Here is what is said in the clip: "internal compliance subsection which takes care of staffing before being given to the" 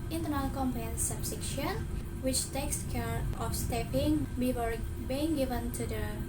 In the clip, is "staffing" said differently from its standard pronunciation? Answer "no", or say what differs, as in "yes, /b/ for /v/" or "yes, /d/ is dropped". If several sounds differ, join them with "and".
yes, /p/ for /f/